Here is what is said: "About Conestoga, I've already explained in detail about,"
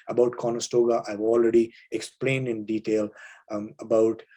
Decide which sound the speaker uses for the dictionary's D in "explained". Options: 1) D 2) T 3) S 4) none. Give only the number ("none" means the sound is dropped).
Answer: 1